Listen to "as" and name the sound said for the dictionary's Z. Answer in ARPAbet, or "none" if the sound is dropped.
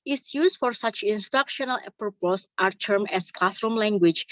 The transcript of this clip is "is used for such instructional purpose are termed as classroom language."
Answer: S